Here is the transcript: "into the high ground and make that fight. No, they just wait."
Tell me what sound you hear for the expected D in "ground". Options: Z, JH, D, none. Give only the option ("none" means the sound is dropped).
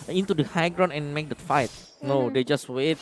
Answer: none